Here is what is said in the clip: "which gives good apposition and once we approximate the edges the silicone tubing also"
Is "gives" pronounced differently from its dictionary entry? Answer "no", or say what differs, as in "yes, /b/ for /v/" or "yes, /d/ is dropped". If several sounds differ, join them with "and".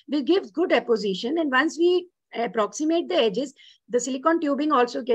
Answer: yes, /z/ is dropped